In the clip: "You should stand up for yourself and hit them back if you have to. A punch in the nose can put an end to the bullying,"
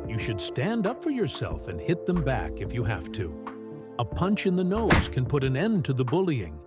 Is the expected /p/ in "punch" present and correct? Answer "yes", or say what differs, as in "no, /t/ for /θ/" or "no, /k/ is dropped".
yes